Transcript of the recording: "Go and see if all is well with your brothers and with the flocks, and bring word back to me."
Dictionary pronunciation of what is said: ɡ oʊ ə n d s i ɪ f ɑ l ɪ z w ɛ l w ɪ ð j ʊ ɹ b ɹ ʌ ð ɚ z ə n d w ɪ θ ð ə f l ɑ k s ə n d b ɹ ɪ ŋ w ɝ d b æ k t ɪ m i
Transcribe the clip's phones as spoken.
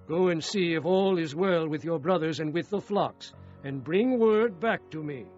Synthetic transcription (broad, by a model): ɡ oʊ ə n s i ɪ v ɑ l ɪ z w ɛ l w ɪ ð j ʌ ɹ b ɹ ʌ ð ɚ z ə n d w ɪ ð ə f l ɑ k s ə n b ɹ ɪ ŋ w ɝ d b æ k t ɪ m i